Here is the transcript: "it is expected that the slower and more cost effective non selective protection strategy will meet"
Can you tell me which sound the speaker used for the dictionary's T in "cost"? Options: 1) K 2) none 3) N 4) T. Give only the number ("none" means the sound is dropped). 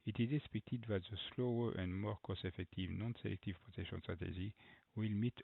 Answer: 2